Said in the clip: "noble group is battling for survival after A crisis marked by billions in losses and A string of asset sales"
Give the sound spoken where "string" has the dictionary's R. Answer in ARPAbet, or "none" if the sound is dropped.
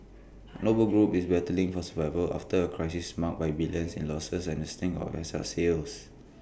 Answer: none